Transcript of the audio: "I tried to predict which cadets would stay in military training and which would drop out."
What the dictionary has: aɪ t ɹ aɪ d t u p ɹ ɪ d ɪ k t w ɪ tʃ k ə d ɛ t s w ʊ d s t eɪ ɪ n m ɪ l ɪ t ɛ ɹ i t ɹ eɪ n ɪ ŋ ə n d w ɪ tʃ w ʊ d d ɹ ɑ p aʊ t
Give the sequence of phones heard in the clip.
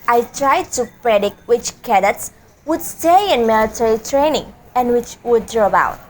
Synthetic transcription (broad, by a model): aɪ t ɹ aɪ d t u p ɹ ɪ d ɪ k t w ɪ tʃ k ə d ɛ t s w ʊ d s t eɪ ɪ n m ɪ l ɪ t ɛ ɹ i t ɹ eɪ n ɪ ŋ ə n d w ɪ tʃ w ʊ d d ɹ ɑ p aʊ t